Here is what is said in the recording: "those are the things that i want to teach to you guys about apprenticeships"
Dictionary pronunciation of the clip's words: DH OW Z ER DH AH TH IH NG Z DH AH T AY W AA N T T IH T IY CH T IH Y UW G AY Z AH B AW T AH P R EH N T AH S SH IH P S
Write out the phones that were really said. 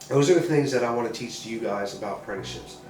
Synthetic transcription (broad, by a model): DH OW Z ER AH TH IH NG Z DH AH T AY W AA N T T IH T IY CH T IH Y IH G AY Z AH B AW T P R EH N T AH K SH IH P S